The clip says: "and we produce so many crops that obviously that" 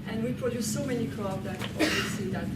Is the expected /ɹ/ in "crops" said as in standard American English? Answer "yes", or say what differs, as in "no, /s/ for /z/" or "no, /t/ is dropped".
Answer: no, /l/ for /ɹ/